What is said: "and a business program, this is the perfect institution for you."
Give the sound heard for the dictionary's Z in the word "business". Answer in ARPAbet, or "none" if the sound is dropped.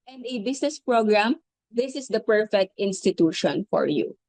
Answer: S